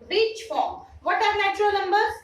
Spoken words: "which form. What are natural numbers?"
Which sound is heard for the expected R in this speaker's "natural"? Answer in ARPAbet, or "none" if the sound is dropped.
R